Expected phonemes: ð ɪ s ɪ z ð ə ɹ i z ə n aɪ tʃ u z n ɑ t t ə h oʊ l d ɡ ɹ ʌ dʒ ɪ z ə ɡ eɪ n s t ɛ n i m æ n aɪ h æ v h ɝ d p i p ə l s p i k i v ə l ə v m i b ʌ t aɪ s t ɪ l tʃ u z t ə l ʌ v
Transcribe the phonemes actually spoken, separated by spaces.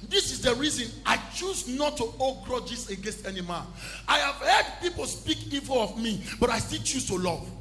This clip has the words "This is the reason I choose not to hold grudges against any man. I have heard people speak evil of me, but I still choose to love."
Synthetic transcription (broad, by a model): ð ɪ s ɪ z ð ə ɹ i z ə n aɪ tʃ u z n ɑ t t ə oʊ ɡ ɹ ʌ dʒ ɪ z ə ɡ eɪ n s t ɛ n i m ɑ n aɪ h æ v h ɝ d p i p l s p i k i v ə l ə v m i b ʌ t aɪ s t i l tʃ u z t ə l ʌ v